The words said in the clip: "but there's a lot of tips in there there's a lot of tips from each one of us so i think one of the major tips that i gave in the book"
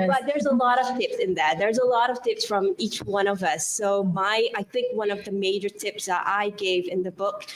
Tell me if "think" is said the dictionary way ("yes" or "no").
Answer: yes